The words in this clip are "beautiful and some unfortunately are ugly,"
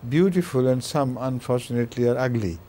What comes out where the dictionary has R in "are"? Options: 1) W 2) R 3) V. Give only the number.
2